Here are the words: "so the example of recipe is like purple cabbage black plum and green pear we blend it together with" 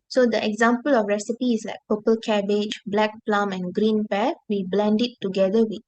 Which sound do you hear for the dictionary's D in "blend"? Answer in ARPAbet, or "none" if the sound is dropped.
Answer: D